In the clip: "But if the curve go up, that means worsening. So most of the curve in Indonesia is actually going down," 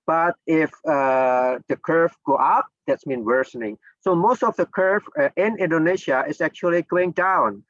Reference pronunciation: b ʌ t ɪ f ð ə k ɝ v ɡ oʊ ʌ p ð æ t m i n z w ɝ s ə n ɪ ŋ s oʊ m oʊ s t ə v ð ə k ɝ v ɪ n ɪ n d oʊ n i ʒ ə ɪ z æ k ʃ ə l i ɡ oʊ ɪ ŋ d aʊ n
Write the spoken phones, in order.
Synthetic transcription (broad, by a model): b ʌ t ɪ f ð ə k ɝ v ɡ oʊ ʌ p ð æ t m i n w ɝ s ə n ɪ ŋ s oʊ m oʊ s t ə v ð ə k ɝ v ɪ n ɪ n d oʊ n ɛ ʃ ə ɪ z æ k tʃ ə l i ɡ oʊ ɪ ŋ d aʊ n